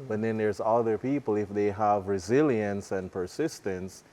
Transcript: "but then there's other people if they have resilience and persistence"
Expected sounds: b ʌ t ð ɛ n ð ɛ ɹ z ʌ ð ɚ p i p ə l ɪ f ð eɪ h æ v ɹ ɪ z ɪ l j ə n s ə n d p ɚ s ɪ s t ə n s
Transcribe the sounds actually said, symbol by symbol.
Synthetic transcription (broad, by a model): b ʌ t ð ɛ n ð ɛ ɹ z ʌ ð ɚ p i p ə l ɪ f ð eɪ h æ v ɹ ɪ z ɪ l j ə n s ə n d p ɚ s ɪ s t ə n s